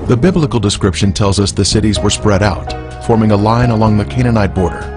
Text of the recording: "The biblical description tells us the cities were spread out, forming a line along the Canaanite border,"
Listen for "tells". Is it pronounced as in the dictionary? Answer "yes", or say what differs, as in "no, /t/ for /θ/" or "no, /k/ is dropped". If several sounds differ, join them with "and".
yes